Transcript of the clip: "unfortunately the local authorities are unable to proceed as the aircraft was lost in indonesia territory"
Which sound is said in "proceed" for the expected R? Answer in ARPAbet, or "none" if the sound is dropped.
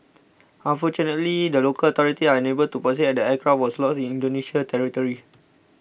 none